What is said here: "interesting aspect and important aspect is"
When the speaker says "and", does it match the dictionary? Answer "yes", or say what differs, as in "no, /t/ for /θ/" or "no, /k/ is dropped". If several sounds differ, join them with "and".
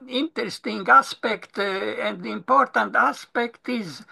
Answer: yes